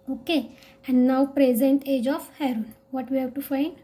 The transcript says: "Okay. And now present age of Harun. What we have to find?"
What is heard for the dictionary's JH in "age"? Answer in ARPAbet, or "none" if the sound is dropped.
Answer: JH